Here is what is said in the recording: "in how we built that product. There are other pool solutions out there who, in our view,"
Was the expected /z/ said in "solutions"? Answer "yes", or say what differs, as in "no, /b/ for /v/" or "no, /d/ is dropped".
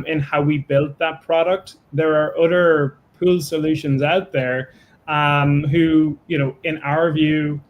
yes